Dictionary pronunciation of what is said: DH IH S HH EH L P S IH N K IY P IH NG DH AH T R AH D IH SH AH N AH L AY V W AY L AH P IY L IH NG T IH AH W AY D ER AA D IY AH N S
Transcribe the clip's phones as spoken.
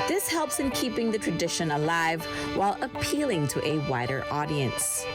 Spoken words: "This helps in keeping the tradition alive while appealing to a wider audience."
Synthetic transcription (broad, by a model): DH IH S HH EH L P S IH N K IY P IH NG DH AH T R AH D IH SH AH N AH L AY V W AY L AH P IY L IH NG T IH AH W AY D ER AA D IY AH N S